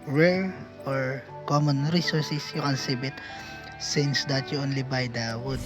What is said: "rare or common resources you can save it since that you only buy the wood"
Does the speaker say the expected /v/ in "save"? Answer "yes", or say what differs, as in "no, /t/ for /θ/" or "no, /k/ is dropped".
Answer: no, /b/ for /v/